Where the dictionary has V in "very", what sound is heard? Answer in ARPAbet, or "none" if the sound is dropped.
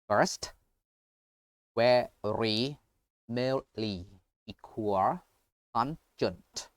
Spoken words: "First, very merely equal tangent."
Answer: W